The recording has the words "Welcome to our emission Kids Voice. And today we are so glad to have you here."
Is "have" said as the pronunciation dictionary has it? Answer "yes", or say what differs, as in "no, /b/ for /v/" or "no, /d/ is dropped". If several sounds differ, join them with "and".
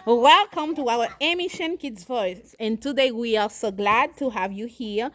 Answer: yes